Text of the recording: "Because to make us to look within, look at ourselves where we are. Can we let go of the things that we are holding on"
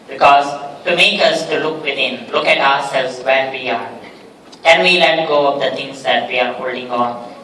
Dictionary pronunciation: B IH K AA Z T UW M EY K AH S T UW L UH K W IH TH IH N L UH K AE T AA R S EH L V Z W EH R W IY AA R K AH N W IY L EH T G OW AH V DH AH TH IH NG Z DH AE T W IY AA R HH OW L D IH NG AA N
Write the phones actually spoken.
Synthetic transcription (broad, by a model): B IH K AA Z T UW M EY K AH S T UW L UH K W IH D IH N L UH K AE T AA R S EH L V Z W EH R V IY AA R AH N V IY L EH T G OW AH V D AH T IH NG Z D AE T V IY AA R HH OW L D IH NG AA N